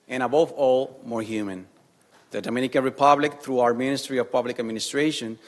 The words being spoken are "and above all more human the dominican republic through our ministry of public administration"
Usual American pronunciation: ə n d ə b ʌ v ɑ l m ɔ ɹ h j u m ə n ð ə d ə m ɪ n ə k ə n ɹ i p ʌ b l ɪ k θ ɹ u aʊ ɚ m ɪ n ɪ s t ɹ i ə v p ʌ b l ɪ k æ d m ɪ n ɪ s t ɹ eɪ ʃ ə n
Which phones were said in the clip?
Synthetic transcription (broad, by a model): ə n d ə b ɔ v ɑ l m ɔ ɹ h j u m ə n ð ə d ə m ɪ n ə k ə n ɹ i p ʌ b l ɪ k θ ɹ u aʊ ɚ m ɪ n ɪ s t ɹ i ə v p ʌ b l ɪ k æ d m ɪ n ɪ s t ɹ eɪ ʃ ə n